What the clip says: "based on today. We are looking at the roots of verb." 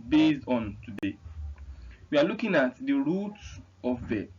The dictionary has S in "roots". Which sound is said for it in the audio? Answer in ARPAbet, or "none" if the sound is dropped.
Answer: none